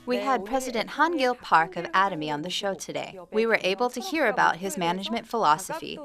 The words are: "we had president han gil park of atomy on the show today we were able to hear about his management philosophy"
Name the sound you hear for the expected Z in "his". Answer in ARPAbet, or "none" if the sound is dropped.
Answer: Z